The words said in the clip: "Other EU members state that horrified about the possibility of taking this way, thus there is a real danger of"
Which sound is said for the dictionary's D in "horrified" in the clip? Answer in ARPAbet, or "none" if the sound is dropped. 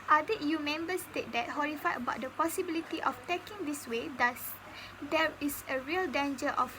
none